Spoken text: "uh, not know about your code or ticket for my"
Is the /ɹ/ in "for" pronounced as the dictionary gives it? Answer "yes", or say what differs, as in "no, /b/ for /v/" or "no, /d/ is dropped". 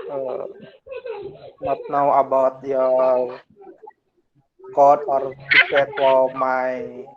no, /l/ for /ɹ/